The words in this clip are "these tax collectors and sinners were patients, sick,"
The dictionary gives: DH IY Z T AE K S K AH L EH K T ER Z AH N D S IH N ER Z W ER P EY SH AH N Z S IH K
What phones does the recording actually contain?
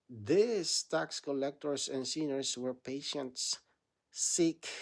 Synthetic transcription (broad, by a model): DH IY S T AE K S K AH L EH K T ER S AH N S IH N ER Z W ER P EY SH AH N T S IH K